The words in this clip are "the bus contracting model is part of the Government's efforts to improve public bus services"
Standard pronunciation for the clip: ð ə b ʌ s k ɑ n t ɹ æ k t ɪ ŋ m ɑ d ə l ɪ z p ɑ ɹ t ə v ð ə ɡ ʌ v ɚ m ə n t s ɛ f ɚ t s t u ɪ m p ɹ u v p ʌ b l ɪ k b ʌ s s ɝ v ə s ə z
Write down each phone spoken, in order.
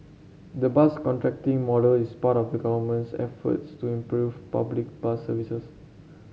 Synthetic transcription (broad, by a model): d ə b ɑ s k ɑ n t ɹ æ k t ɪ ŋ m ɑ d ə l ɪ s p ɑ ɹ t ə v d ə ɡ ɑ v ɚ m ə n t s ɛ f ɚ t s t u ɪ m p ɹ u v p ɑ b l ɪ k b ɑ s s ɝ v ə s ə s